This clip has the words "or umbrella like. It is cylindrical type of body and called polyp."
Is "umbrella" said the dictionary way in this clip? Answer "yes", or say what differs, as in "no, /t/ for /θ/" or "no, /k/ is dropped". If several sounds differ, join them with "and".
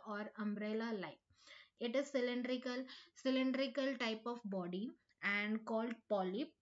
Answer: yes